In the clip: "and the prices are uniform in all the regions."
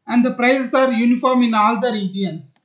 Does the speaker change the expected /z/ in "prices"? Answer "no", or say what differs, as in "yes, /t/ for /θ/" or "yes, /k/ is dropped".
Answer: yes, /s/ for /z/